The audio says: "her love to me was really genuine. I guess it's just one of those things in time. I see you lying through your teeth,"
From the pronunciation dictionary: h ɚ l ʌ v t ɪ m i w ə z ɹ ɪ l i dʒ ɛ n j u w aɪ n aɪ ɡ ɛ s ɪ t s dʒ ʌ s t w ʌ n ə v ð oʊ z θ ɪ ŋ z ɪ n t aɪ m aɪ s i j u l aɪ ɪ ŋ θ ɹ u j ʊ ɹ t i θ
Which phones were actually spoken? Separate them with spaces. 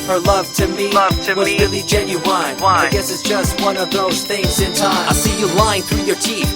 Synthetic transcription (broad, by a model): h ɚ l ʌ v t ɪ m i w ə z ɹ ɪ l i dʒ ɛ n j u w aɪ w aɪ ɡ ɛ s ɪ t s dʒ ʌ s t w ʌ n ə v ð oʊ z θ ɪ ŋ z ɪ n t aɪ aɪ s i j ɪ l aɪ ɪ ŋ θ ɹ u j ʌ ɹ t i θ